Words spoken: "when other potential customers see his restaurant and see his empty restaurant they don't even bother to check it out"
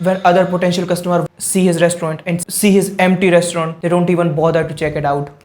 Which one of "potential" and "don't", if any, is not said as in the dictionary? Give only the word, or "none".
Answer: none